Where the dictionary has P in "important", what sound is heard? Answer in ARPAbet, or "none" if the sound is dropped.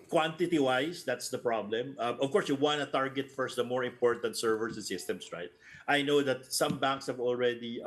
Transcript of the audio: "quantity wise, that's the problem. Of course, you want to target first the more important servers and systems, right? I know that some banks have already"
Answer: P